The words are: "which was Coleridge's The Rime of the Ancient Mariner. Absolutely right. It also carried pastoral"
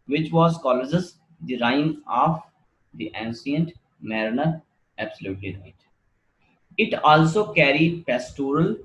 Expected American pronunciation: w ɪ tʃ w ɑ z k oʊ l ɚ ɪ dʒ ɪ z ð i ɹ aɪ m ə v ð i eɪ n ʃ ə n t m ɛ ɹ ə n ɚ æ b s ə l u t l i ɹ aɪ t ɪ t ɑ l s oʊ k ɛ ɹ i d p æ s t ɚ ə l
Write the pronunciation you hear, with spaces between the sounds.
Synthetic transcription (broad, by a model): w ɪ tʃ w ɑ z k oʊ l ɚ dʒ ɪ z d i ɹ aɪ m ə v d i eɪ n s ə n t m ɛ ɹ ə n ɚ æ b s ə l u t l i ɹ aɪ t ɪ t ɑ l s oʊ k ɛ ɹ i d p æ s t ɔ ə l